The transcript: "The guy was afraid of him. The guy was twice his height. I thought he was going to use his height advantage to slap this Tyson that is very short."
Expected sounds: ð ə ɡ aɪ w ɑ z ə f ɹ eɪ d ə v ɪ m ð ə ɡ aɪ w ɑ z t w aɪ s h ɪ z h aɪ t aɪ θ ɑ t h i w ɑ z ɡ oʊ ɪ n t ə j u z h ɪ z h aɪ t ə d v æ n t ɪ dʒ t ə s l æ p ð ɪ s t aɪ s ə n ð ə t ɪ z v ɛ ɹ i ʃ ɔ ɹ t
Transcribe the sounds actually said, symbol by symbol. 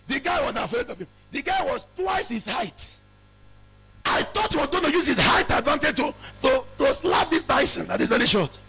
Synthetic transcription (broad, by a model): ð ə ɡ aɪ w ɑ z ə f eɪ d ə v ɪ m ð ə ɡ aɪ w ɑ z t w aɪ s h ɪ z h aɪ t aɪ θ ɑ t h i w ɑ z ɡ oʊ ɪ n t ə j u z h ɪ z h aɪ t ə d v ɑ n t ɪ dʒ t ə s l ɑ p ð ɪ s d aɪ s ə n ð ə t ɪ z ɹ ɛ l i ʃ ɔ t